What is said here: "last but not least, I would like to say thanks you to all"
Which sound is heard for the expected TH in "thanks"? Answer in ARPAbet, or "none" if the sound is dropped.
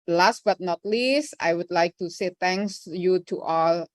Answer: T